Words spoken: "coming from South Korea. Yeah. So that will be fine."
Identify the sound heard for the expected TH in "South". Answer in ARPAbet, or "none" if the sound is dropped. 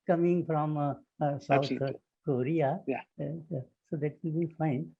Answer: T